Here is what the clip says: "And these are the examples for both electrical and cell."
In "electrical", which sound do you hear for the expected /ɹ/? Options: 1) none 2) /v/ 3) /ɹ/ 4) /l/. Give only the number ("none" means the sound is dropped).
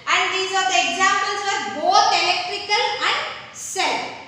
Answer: 3